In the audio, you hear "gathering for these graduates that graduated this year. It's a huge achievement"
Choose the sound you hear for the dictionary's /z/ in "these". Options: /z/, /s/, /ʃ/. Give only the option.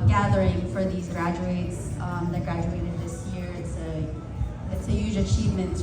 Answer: /z/